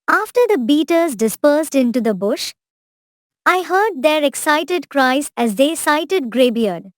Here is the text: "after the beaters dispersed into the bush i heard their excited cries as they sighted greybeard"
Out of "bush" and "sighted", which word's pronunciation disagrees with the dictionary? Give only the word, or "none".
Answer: none